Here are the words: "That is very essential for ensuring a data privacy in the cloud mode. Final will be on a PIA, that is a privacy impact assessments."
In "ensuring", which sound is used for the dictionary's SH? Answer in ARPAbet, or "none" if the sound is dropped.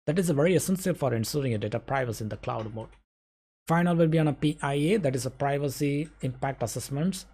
S